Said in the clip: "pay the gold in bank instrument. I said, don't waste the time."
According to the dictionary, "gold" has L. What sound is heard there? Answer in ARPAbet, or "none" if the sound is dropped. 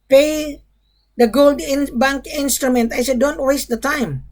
L